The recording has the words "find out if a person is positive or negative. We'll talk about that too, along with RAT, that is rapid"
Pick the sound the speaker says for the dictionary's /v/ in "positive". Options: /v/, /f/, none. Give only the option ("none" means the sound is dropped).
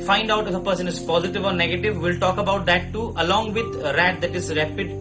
/v/